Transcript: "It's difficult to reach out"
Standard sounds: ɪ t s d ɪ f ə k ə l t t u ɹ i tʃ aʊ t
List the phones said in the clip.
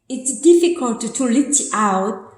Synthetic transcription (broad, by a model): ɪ t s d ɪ f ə k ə l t t u l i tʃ aʊ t